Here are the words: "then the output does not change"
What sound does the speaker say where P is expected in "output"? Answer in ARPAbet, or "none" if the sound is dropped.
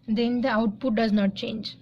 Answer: P